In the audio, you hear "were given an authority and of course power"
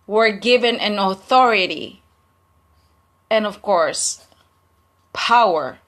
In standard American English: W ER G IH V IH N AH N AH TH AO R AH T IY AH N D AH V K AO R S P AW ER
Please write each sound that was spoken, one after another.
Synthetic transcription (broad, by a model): W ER G IH V IH N AH N AH TH AO R AH T IY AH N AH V K AO R S P AW ER